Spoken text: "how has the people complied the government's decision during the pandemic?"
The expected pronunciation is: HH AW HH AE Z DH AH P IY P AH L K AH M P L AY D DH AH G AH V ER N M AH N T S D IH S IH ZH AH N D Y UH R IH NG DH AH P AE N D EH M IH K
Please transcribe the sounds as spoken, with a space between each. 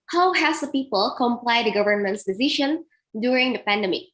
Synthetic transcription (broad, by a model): HH AW HH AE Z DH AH P IY P AH L K AH M P L AY D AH G AH V ER N M AH N T S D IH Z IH SH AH N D Y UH R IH NG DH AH P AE N D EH M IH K